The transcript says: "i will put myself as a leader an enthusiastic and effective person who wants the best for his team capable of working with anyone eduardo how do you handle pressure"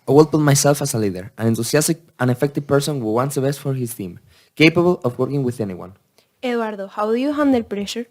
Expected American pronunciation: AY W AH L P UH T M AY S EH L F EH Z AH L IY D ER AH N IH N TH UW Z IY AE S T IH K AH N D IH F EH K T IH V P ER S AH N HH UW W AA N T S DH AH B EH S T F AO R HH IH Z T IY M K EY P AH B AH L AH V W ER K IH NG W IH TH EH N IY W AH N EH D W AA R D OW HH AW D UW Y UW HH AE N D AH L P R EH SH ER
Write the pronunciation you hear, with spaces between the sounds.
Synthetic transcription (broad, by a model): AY W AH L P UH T M AY S EH L F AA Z AH L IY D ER AH N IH N T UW S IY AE S T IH K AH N IH F EH K T IH V P ER S AH N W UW W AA N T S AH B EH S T F AO R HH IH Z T IY M K EY P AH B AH L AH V W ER K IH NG W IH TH EH N IY W AH N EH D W AA R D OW HH AW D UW Y UW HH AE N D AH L P R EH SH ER